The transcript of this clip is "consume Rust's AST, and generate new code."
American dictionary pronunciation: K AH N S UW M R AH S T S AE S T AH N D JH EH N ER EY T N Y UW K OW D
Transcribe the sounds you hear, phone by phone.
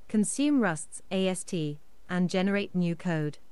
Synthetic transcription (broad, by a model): K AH N S UW M R AH S T S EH S T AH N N JH EH N ER EY T N Y UW K OW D